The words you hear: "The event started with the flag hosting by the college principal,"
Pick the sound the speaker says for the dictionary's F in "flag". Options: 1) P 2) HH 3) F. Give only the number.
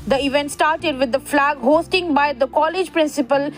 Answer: 3